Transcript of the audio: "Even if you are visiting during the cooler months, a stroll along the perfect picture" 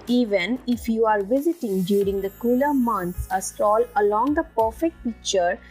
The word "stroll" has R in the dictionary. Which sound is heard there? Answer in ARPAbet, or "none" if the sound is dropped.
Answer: none